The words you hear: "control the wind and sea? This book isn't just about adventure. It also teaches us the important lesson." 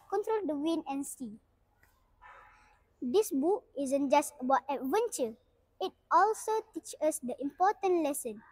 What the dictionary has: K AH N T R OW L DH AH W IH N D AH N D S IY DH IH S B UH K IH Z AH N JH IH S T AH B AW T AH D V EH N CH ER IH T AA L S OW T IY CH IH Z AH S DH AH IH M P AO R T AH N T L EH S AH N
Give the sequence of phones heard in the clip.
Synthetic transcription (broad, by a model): K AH N T R OW L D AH W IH N AH N S IY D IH S B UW K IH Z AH N JH IH S T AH B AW T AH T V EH N CH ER IH T AA L S OW T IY CH AH S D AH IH M P AO T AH N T L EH S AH N